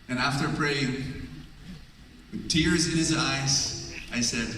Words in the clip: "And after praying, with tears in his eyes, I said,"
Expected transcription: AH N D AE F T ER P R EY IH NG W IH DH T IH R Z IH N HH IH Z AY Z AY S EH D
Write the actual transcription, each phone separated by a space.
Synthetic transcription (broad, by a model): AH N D AE F T ER P R EY IH NG W IH DH T IH R Z IH N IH Z AY Z AY S EH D